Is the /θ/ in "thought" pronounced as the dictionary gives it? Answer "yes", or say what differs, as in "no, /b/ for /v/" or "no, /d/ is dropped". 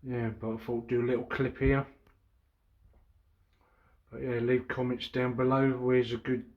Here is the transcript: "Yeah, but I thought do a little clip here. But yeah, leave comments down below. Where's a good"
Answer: no, /f/ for /θ/